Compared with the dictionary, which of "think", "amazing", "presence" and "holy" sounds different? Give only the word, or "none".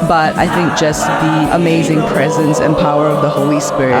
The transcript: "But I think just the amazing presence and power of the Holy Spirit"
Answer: none